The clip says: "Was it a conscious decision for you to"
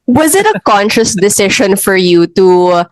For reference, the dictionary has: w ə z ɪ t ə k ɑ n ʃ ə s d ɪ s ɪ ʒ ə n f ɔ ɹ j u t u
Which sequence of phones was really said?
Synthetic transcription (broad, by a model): w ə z ɪ t ə k ɑ n ʃ ə s d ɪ s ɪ ʃ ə n f ɔ ɹ j u t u